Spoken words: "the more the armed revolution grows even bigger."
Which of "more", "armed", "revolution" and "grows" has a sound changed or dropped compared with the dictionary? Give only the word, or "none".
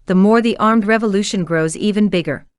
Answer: none